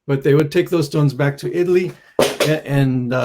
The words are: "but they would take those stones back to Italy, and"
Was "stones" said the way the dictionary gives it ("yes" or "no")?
yes